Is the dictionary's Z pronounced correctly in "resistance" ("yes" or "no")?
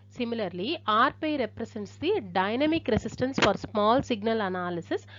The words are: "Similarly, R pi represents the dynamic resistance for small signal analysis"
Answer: no